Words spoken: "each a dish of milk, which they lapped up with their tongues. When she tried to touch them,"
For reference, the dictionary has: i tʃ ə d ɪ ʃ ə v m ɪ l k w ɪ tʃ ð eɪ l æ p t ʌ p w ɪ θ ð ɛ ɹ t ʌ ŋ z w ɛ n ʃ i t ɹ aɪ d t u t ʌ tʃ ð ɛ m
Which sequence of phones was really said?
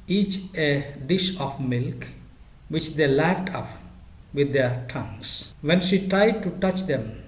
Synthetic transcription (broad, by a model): i tʃ ə d ɪ ʃ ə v m ɪ l k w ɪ tʃ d eɪ l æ f t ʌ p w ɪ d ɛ ɹ t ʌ ŋ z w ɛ n ʃ i t ɹ aɪ d t u t ʌ tʃ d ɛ m